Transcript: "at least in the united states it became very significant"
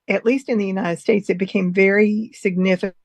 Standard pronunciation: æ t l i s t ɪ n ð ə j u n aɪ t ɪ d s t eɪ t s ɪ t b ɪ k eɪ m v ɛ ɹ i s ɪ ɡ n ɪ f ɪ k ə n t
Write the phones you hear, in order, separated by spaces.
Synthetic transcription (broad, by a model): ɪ t l i s t ɪ n ð ə j u n aɪ t ɪ d s t eɪ t s ɪ t b ɪ k eɪ m v ɛ ɹ i s ɪ ɡ n ɪ f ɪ